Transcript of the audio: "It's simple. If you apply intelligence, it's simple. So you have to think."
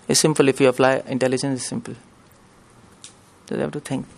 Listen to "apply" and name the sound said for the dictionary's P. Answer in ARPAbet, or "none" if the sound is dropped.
F